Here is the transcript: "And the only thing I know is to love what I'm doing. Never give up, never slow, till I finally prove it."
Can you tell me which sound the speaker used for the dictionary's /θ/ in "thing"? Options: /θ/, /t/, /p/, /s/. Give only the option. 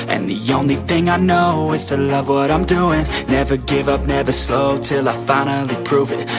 /θ/